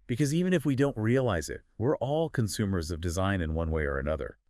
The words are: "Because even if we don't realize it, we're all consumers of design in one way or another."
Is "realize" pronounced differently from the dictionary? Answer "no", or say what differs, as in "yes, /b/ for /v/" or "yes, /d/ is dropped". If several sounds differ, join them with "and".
no